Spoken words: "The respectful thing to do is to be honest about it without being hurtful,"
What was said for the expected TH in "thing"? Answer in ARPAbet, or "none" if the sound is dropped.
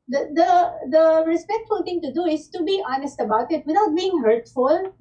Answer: T